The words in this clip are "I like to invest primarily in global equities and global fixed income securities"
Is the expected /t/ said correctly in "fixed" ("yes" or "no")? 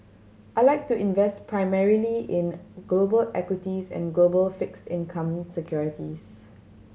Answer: yes